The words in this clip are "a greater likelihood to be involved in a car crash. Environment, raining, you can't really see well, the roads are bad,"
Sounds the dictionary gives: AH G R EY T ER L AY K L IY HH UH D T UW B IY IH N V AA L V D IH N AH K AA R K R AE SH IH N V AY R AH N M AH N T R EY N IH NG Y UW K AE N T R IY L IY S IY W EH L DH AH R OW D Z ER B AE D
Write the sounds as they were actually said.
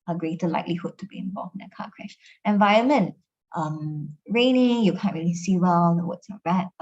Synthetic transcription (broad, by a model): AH G R EY T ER L AY K L IY HH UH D T UW B IY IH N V AA L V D IH N AH K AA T K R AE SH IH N V AY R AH N M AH N T R EY N IH NG Y UW K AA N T R IY L IY S IY W EH L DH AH W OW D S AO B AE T